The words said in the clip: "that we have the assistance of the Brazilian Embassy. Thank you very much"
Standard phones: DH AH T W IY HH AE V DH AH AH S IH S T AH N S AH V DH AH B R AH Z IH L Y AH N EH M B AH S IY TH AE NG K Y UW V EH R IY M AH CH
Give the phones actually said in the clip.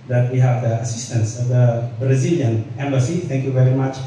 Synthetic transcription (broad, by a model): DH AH T W IY HH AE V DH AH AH S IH S T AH N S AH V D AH B R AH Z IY L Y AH N EH M B AH S IY T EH NG K Y UW V EH R IY M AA CH